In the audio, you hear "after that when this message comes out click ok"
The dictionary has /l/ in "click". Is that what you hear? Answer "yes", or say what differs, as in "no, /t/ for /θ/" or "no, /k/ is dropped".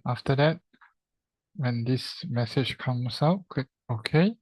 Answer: no, /l/ is dropped